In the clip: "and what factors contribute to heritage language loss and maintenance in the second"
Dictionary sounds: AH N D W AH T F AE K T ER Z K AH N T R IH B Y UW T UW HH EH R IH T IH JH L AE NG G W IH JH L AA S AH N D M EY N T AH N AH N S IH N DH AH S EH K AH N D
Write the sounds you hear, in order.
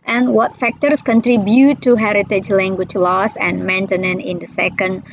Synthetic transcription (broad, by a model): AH N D W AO T F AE K T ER S K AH N T R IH B Y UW T UW HH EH R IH T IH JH L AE NG G W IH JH L AA S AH N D M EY N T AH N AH N IH N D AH S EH K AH N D